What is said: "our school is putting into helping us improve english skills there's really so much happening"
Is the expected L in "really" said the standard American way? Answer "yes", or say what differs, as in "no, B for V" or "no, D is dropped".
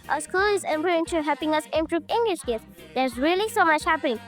yes